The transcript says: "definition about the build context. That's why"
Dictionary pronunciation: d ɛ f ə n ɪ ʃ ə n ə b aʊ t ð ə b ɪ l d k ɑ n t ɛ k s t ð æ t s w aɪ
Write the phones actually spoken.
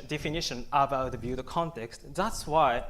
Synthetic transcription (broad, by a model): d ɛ f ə n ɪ ʃ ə n ə b aʊ t ð ə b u d k ɑ n t ɛ k s t ð æ t s w aɪ